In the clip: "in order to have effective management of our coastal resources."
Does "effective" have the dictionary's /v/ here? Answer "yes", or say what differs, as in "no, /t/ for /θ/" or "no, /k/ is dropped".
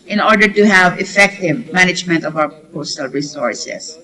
yes